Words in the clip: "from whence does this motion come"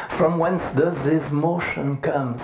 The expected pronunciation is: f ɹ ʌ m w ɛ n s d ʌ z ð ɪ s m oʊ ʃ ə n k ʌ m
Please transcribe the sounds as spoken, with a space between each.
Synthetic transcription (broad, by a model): f ɹ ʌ m w ɛ n s d ʌ z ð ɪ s m oʊ ʃ ə n k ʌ m